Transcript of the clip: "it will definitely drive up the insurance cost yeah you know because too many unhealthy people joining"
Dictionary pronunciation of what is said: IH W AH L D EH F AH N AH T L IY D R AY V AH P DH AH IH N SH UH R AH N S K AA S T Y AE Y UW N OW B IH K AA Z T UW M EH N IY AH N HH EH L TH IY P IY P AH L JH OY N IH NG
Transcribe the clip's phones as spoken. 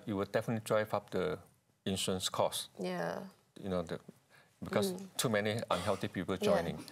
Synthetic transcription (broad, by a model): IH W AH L D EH F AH N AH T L IY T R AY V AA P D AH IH N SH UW AH N S K AA S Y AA Y UW N OW B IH K AA S T UW M EH N IY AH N HH EH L T IY P IY P AH L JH OY N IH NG